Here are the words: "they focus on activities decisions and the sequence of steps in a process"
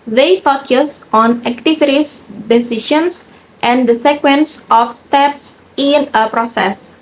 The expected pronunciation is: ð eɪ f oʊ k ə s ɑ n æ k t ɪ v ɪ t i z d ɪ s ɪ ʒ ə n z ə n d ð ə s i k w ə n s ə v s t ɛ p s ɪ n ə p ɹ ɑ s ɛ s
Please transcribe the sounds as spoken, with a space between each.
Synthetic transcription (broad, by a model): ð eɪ f oʊ k ə s ɑ n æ k t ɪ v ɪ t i s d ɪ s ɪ ʃ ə n s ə n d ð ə s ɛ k w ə n s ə f s t ɛ p s ɪ n ə p ɹ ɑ s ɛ s